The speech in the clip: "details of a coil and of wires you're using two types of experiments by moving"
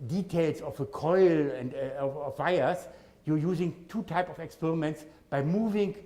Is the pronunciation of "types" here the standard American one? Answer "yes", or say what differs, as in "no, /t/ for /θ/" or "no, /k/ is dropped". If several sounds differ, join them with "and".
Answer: no, /s/ is dropped